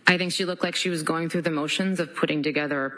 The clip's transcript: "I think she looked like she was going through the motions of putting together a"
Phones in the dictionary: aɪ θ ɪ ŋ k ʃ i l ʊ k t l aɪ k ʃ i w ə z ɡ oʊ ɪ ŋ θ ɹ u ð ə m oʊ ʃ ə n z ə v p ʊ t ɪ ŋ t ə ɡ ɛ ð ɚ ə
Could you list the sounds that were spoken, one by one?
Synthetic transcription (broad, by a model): aɪ θ ɪ ŋ k ʃ i l ʊ k t l aɪ k ʃ i w ə z ɡ oʊ ɪ ŋ θ ɹ u ð ə m oʊ ʃ ə n z ə v p ʊ t ɪ ŋ t ə ɡ ɛ ð ɚ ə